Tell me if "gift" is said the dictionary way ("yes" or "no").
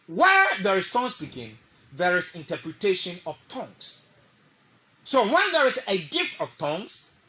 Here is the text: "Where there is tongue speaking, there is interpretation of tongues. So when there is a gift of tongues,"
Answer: yes